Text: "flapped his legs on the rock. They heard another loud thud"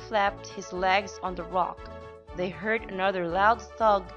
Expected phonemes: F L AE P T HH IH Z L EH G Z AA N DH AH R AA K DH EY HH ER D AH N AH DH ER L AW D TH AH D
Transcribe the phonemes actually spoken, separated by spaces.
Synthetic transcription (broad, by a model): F L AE P T HH IH Z L EH G Z N DH AH R AA K DH EY HH ER D AH N AH DH ER L AW D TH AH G